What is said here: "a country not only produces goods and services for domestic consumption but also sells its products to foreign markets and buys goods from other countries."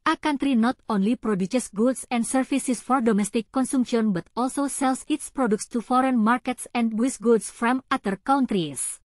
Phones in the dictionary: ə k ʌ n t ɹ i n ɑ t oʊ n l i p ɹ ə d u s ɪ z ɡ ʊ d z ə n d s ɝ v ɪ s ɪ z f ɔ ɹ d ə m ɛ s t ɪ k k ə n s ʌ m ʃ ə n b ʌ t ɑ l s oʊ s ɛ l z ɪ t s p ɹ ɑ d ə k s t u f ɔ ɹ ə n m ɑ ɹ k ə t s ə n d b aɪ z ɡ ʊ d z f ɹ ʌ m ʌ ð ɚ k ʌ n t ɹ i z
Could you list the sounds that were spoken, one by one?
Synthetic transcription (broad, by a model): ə k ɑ n t ɹ i n ɑ t oʊ n l i p ɹ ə d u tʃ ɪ s ɡ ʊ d s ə n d s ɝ f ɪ s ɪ s f ɔ ɹ d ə m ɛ s t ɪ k k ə n s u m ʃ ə n b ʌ t ɑ l s oʊ s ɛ l s ɪ t s p ɹ ɑ d ə k s t u f ɔ ɹ ə n m ɑ ɹ k ə t s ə n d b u s ɡ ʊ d s f ɹ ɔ m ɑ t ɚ k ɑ n t ɹ i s